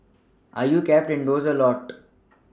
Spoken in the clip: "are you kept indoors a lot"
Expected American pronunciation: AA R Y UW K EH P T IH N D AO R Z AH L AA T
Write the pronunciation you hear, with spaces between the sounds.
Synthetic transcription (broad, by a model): AA R Y UW K EH P T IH N D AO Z AH L AA T